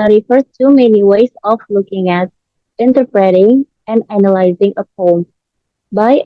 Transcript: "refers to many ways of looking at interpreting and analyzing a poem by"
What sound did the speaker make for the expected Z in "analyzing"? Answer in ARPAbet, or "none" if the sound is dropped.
Z